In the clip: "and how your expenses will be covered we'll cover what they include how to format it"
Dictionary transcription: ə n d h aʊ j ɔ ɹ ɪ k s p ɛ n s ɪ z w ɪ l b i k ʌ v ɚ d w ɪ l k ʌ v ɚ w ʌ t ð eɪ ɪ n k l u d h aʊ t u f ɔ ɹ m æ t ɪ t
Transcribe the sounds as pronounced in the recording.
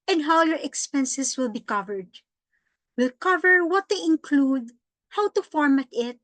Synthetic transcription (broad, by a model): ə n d h aʊ j ɔ ɹ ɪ k s p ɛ n s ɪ s w ɪ l b i k ʌ v ɚ d w ɪ l k ʌ v ɚ w ʌ t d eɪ ɪ n k l u d h aʊ t u f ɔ ɹ m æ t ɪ t